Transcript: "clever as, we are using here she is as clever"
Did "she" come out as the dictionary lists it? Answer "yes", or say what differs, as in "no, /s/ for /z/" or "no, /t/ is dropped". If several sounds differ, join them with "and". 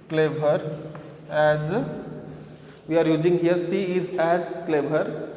no, /s/ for /ʃ/